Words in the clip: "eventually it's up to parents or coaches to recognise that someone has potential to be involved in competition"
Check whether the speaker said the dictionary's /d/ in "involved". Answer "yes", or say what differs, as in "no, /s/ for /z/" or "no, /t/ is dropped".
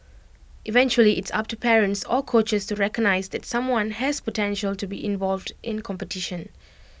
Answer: yes